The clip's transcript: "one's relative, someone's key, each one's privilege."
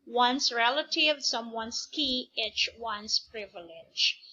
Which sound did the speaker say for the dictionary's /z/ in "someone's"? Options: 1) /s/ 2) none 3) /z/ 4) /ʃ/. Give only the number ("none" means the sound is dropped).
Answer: 1